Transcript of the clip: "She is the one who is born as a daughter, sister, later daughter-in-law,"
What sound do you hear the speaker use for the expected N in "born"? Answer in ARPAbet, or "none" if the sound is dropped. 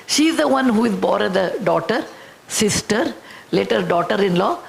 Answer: none